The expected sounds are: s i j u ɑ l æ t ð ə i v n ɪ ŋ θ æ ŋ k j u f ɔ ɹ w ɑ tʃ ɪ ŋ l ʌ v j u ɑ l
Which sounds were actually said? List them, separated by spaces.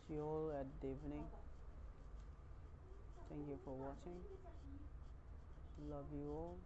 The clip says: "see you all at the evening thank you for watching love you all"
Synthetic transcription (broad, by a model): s j u ɑ l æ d i v n ɪ ŋ t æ ŋ k j u f ɔ ɹ w ɑ tʃ ɪ ŋ l ʌ v j u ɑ l